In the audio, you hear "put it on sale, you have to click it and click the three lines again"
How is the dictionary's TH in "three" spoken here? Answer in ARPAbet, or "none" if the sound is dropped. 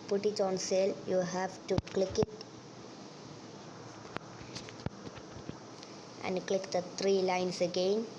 T